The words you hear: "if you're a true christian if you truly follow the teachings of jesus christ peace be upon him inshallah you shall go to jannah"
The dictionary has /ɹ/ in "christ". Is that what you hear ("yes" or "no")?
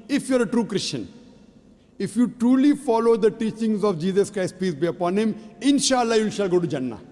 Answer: yes